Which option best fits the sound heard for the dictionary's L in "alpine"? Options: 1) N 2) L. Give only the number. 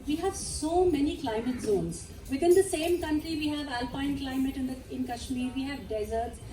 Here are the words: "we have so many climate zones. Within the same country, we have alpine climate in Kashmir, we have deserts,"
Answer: 2